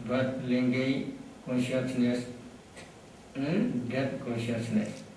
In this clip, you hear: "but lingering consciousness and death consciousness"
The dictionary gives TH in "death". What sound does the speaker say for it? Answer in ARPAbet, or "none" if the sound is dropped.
T